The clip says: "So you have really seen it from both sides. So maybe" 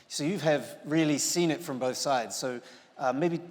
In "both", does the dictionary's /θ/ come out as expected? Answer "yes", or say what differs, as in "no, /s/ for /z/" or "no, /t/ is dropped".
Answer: yes